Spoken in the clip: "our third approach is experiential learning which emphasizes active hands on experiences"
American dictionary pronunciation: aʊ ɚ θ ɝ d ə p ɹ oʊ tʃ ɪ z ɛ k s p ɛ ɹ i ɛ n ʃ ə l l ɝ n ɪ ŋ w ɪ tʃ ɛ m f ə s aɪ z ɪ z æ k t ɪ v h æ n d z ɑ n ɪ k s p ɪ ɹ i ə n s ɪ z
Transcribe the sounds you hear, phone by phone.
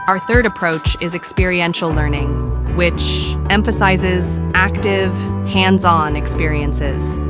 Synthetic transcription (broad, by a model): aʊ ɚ θ ɝ d ə p ɹ oʊ tʃ ɪ z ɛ k s p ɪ ɹ i ɛ n ʃ l l ɝ n ɪ ŋ w ɪ tʃ ɛ m f ə s aɪ z ɪ z æ k t ɪ v h æ n d z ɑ n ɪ k s p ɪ ɹ i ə n s ɪ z